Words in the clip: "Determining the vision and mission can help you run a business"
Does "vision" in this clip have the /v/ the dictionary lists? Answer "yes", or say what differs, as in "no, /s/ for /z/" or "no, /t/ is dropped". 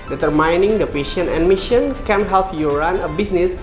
no, /p/ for /v/